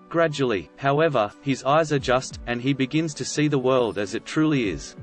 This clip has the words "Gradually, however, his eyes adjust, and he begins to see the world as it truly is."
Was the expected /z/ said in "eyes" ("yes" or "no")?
yes